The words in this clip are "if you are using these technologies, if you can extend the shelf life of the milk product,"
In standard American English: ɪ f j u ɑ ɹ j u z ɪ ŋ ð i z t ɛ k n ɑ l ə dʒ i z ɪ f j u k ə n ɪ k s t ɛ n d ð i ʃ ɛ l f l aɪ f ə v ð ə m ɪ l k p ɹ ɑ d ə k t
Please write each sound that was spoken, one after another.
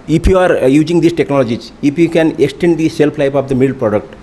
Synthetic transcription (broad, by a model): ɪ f j u ɑ ɹ j u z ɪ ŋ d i s t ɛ k n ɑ l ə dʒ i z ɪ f j u k ə n ɪ k s t ɛ n d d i s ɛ l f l aɪ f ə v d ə m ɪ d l p ɹ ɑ d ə k t